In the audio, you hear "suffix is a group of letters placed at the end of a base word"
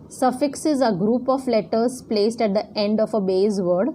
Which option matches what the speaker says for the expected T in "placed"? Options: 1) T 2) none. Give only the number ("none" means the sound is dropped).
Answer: 1